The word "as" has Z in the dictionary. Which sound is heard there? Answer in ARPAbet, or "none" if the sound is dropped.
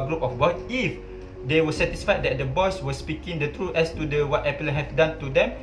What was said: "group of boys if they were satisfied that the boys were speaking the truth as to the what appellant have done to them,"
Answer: S